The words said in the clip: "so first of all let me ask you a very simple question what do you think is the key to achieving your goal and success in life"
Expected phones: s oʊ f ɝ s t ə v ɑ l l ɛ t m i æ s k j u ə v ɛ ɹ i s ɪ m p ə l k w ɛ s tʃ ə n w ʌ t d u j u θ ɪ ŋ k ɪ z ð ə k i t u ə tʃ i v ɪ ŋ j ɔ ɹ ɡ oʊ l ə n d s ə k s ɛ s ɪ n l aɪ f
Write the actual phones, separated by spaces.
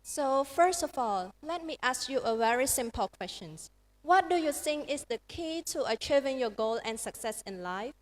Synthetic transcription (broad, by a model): s oʊ f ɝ s t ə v ɑ l l ɛ t m i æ s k j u ə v ɛ ɹ i s ɪ m p ə l k w ɛ s tʃ ə n w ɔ t d u j u s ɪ ŋ ɪ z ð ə k i t u ə tʃ i v ɪ ŋ j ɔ ɡ oʊ l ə n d s ə k s ɛ s ɪ n l aɪ f